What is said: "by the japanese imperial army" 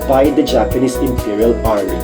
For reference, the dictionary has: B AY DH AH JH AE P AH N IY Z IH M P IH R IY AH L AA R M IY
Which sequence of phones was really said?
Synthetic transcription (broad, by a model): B AY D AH JH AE P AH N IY S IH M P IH R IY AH L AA R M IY